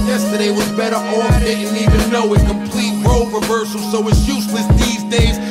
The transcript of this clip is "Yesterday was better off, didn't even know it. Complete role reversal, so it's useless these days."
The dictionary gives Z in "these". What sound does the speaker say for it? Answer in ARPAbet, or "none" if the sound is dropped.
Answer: Z